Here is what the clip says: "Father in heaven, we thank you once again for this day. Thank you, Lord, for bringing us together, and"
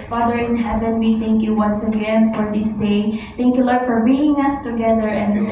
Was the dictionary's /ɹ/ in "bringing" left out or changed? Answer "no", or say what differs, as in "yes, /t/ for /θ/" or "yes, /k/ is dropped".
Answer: yes, /ɹ/ is dropped